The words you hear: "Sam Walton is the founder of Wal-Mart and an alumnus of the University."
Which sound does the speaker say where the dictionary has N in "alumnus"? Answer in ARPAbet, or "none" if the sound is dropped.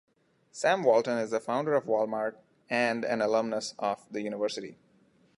N